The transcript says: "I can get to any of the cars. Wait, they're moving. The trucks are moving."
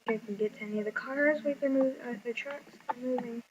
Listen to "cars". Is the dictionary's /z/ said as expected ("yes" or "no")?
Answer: yes